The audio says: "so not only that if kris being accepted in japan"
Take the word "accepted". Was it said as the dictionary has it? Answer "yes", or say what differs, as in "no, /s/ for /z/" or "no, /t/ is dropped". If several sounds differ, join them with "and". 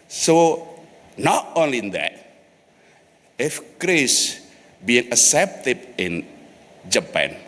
no, /k/ is dropped